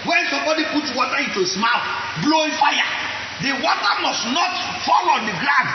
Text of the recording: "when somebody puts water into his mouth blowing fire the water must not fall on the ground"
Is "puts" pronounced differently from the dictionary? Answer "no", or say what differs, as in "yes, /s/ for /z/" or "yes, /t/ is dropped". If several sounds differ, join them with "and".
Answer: yes, /s/ is dropped